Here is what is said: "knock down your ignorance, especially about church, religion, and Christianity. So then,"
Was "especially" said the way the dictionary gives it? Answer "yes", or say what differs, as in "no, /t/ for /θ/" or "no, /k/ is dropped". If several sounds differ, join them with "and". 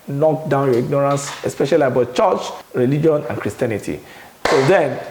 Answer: yes